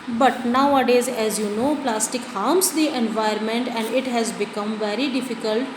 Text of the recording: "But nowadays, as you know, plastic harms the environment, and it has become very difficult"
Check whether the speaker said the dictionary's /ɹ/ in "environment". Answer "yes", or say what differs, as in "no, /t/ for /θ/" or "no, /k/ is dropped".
no, /ɹ/ is dropped